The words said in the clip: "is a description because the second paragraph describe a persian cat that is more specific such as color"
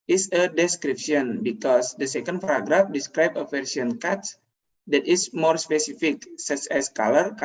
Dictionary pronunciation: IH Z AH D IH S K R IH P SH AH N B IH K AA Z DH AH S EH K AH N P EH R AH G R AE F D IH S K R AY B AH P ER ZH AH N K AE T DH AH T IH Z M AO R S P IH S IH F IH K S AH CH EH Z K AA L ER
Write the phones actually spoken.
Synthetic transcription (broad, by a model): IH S AH D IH S K R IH P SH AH N B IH K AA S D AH S EH K AH N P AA R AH G R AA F D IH S K R AY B AH F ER S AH N K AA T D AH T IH S M AO R S P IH S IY F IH K S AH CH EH S K AA L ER